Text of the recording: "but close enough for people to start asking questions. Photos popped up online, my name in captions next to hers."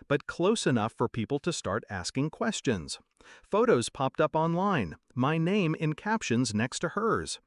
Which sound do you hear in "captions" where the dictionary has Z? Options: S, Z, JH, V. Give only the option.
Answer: Z